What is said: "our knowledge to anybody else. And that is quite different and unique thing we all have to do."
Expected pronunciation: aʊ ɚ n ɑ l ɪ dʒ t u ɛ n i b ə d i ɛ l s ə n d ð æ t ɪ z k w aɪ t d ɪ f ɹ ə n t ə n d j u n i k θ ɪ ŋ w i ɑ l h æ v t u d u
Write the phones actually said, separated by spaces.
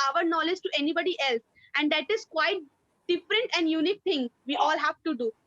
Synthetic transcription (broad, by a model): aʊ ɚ n ɑ l ɪ dʒ t u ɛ n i b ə d i ɛ l s ə n d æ t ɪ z k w aɪ t d ɪ f ɹ ə n t ə n d j u n i k t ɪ ŋ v i ɑ l h æ v t u d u